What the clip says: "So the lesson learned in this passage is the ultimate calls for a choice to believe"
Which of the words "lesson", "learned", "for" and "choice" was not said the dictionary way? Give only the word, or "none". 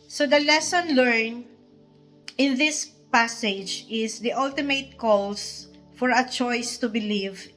learned